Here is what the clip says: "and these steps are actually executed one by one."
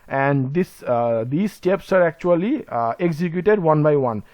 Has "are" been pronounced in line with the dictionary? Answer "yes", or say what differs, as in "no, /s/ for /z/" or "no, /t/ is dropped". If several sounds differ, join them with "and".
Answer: yes